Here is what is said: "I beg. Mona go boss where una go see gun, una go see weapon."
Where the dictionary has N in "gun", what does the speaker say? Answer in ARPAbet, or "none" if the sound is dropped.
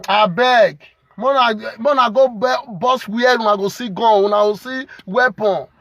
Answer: none